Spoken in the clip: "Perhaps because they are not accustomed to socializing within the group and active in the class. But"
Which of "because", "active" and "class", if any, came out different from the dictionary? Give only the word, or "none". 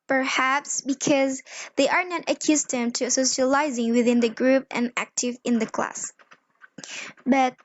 none